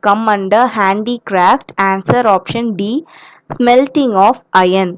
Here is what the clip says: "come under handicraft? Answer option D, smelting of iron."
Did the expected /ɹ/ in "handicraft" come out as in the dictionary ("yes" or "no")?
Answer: yes